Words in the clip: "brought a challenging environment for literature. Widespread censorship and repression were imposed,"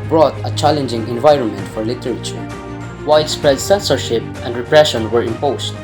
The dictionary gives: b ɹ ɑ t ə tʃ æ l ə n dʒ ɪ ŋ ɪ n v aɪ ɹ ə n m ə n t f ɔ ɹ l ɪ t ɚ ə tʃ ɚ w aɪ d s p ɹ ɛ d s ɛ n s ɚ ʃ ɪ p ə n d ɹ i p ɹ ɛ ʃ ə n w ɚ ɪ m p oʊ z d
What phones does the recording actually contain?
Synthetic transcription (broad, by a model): b ɹ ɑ t ə tʃ æ l ə n dʒ ɪ ŋ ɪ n v aɪ ɹ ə n m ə n t f ɔ ɹ l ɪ t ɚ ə tʃ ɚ w aɪ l s p ɹ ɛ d s ɛ n s ɚ ʃ ɪ p ə n d ɹ i p ɹ ɛ ʃ ə n w ɚ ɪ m p oʊ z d